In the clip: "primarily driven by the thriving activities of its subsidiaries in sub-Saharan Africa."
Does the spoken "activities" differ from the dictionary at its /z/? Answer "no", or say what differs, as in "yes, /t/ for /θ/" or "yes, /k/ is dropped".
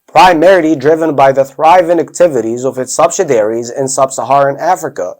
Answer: no